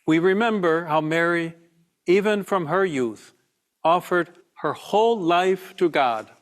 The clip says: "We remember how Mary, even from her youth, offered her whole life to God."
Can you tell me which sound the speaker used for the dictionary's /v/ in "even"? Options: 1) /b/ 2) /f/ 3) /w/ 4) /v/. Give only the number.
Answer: 4